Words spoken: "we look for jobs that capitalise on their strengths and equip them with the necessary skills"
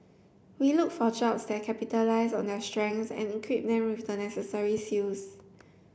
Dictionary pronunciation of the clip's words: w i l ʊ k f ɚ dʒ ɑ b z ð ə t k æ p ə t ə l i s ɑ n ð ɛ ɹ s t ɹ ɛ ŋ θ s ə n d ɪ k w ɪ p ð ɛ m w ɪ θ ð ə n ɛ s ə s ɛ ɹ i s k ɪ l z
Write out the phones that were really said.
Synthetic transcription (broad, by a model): w i l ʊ k f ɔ dʒ ɑ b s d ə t k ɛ p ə t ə l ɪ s ɑ n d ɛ s t ɹ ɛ ŋ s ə n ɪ k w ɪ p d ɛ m w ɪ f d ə n ɛ s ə s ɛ ɹ i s i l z